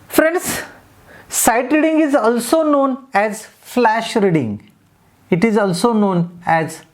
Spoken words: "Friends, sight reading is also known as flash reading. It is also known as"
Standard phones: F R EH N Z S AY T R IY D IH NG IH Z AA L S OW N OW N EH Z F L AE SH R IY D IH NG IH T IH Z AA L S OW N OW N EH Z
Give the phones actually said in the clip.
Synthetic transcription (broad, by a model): F R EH N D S AY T R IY D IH NG IH Z AA L S OW N OW N EH Z F L AE SH R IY D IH NG IH T IH Z AA L S OW N OW N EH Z